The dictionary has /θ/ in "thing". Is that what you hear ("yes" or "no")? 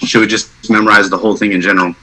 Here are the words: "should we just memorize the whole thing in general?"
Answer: yes